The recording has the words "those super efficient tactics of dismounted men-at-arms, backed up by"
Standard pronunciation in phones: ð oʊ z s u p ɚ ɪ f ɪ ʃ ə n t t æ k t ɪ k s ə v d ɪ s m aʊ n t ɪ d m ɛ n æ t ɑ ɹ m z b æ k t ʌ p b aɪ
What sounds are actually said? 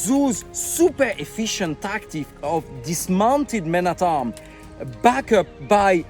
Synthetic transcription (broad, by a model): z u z s u p ɚ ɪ f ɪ ʃ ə n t t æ k t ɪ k ə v d ɪ s m aʊ n t ɪ d m ɛ n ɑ t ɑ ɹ m b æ k ʌ p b aɪ